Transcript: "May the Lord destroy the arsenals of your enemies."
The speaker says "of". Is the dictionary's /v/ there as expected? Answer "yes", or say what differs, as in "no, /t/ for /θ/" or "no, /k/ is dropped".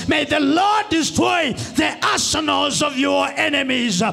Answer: yes